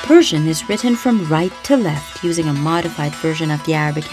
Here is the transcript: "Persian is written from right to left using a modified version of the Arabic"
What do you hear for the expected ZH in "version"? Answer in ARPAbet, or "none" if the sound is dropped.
ZH